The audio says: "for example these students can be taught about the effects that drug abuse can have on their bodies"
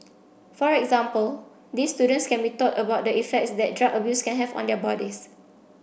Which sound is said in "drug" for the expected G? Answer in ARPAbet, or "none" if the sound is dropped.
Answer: none